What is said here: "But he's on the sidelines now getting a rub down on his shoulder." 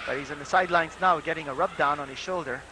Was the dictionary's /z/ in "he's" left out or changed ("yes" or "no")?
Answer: no